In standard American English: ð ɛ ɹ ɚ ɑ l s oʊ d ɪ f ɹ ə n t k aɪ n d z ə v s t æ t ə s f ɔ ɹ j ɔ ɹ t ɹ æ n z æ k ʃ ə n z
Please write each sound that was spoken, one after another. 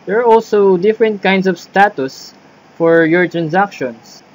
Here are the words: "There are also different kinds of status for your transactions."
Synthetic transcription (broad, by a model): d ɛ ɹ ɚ ɑ l s oʊ d ɪ f ɹ ə n t k aɪ n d s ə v s t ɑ t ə s f ɔ ɹ j ɔ ɹ t ɹ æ n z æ k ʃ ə n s